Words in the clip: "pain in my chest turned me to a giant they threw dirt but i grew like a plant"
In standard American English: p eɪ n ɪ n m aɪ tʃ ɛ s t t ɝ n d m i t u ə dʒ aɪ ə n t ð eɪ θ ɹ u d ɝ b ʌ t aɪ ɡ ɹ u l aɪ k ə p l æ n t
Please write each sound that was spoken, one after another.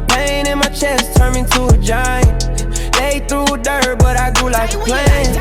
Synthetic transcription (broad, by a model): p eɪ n ɪ n m aɪ tʃ ɛ s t t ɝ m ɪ t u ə dʒ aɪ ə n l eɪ θ ɹ u d ɝ b ʌ t aɪ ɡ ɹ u l aɪ k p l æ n